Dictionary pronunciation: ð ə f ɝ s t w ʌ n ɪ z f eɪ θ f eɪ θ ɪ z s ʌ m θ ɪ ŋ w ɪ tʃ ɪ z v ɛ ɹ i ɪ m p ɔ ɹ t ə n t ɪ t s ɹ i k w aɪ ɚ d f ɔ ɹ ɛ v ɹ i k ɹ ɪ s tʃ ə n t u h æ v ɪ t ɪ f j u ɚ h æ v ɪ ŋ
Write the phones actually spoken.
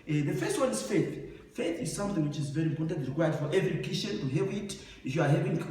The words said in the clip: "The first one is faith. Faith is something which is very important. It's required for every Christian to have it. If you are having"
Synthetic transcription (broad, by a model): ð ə f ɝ s t w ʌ n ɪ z f eɪ θ f eɪ θ ɪ z s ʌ m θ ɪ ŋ w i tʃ ɪ z v ɛ ɹ i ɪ m p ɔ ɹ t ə n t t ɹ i k w aɪ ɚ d f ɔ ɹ ɛ v ɹ i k ɪ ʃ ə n t u h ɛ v ɪ t ɪ f j u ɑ h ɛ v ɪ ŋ